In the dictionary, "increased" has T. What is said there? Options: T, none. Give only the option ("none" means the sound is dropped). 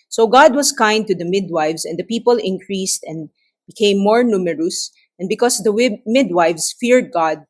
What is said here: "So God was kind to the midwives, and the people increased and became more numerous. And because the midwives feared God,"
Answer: T